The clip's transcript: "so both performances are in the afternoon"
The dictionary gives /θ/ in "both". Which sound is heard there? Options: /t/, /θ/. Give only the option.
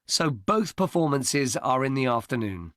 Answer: /θ/